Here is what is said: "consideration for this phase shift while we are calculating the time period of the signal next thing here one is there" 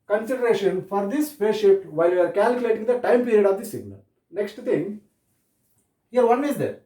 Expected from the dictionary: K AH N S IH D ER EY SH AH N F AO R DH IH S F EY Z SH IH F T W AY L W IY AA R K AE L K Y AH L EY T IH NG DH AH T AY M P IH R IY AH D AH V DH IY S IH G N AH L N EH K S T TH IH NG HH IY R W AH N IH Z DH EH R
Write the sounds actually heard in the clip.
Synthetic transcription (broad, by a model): K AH N S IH D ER EY SH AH N F AO R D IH S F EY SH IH T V AY L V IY AA R K AE L K Y AH L EY T IH NG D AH T AY M P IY R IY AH D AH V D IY S IH G N AH L N EH K S T T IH NG HH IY R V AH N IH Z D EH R